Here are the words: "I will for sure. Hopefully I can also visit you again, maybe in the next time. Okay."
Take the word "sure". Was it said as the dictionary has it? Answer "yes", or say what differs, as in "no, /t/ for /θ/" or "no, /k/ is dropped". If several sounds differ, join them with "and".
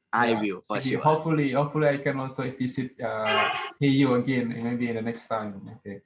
no, /l/ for /ɹ/